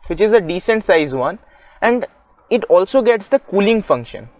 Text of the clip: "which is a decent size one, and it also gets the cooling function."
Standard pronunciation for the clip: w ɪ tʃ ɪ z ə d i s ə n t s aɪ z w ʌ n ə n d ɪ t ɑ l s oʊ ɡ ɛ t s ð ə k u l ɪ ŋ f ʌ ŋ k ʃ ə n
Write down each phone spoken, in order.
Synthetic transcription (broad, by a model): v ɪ tʃ ɪ z ə d i s ə n t s aɪ z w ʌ n ə n d ɪ t ɑ l s oʊ ɡ ɛ t s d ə k u l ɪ ŋ f ʌ ŋ k ʃ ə n